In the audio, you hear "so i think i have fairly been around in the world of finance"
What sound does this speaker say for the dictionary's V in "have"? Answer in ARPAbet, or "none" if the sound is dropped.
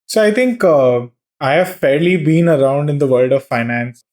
V